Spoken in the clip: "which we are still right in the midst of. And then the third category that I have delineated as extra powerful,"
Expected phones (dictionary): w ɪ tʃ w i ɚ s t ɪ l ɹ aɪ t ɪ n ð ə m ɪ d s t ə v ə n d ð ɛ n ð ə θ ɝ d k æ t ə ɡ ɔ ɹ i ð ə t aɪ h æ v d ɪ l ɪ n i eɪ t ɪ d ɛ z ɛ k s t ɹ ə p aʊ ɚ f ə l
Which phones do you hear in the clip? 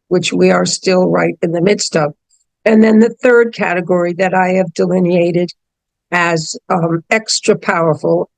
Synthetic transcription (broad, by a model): w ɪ tʃ w i ɚ s t ɪ l ɹ aɪ t ɪ n ð ə m ɪ d s t ə v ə n ð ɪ n ð ə θ ɝ d k æ t ə ɡ ɔ ɹ i ð ə t aɪ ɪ v d ɪ l ɪ n i eɪ t ɪ d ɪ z ɛ k s t ɹ ə p aʊ ɚ f l